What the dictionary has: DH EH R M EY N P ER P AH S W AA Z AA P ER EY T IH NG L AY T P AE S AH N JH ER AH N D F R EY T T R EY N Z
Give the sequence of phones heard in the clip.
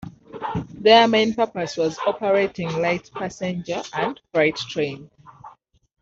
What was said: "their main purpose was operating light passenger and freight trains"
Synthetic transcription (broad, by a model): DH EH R M EY N P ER P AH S W AA Z AA P ER EY T IH NG L AY T P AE S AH N JH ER AH N D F R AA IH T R EY N